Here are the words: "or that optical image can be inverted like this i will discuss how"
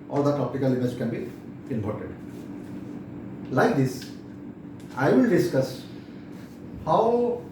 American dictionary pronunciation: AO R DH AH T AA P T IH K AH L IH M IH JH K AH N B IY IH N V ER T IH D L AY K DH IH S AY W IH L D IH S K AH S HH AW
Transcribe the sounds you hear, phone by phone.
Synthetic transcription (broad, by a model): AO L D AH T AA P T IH K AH L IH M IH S K AH N B IY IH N P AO T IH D L AY K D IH S AY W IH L D IH S K AH S HH AW